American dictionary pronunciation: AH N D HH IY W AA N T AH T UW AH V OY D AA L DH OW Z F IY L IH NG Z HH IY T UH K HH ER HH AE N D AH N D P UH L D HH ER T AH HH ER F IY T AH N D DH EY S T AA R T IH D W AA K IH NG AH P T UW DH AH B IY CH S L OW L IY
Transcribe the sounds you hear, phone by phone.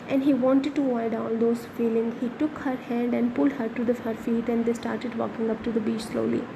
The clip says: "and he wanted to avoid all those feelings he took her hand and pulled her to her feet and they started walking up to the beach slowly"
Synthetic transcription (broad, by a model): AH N D HH IY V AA N T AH T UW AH IH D AA L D OW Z F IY L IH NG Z HH IY T UH K HH ER HH AE N D AH N D P UH L D HH ER T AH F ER F IY T AH N D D EY S T AA R T IH D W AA K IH NG AH P T UW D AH B IY CH S L OW L IY